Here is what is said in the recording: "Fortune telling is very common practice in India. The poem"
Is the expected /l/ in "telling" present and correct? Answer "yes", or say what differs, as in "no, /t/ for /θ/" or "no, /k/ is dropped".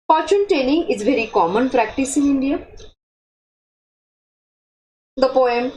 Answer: no, /n/ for /l/